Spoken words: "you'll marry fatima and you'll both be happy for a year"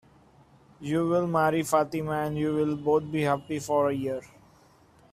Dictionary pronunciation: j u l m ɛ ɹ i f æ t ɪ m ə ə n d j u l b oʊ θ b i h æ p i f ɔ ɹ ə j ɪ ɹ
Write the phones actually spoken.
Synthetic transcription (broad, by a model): j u l m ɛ ɹ i f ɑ t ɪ m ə ə n d j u l b oʊ t b i h æ p i f ɔ ɹ ə j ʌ ɹ